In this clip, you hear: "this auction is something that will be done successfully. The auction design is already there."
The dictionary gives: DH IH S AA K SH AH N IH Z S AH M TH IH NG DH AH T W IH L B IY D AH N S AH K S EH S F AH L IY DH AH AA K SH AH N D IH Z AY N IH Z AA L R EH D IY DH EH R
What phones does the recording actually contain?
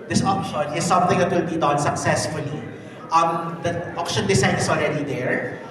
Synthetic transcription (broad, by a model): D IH S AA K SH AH N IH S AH M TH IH NG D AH T W IH L B IY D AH N S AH K S EH S F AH L IY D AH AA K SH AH N D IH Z AY N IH S AA L R EH D IY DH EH R